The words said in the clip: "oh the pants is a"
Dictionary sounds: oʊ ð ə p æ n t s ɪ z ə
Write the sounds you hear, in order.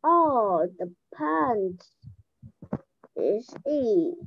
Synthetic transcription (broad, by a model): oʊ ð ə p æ n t ɪ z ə